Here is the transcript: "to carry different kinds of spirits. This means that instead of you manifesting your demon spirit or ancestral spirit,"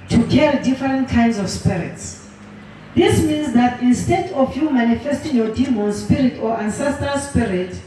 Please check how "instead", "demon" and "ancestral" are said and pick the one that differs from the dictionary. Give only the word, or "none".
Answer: ancestral